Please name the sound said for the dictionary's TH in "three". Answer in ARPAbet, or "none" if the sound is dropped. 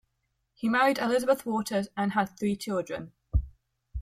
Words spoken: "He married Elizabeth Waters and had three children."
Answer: TH